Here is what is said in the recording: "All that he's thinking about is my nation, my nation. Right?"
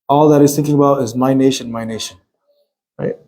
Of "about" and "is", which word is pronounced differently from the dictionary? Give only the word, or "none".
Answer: none